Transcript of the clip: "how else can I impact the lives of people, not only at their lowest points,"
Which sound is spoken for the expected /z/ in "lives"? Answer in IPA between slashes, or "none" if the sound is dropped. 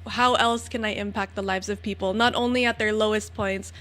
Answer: /z/